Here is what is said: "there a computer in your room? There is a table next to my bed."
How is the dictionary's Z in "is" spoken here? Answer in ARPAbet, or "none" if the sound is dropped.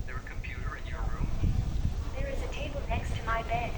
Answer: Z